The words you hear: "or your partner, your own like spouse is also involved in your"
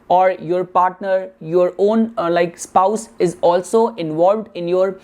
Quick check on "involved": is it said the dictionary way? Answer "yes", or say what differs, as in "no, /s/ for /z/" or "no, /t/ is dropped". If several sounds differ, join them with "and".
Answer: yes